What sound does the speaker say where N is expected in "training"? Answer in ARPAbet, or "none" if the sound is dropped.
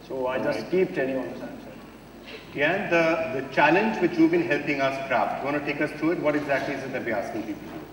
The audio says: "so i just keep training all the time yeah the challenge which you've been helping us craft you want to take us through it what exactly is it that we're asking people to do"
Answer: L